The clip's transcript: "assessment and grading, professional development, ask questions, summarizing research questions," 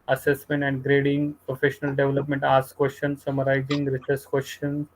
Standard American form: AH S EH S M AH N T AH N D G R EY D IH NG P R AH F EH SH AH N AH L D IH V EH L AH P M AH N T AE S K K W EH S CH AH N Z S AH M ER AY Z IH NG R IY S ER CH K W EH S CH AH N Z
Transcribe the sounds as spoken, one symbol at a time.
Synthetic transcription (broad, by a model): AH S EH S M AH N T AH N D G R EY D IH NG P R AH F EH SH AH N AH L D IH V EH L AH P M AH N T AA S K K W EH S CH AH N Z S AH M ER AY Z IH NG R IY S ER S K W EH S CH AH N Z